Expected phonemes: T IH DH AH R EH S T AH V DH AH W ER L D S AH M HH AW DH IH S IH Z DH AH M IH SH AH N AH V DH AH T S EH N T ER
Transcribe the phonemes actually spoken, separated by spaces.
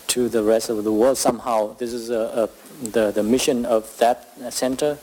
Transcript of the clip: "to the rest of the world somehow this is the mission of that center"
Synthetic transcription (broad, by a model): T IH DH AH R EH S T AH V DH AH W ER L D S AH M HH AW DH IH S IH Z DH AH M IH SH AH N AH V DH AH T S EH N T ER